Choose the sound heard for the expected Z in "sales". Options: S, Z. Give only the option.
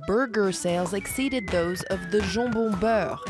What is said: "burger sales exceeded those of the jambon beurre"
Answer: Z